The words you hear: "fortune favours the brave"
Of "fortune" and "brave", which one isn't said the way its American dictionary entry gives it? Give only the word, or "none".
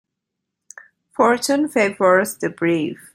brave